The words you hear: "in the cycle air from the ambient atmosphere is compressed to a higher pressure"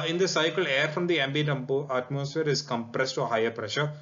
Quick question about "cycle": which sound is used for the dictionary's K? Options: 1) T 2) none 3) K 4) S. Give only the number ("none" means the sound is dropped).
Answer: 3